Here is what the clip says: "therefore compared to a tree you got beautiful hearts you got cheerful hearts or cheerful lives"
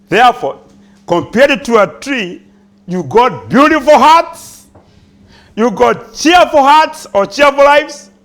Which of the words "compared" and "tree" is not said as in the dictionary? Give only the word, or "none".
none